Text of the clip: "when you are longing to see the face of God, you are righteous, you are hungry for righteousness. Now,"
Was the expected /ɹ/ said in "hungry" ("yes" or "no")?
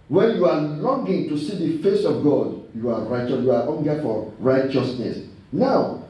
no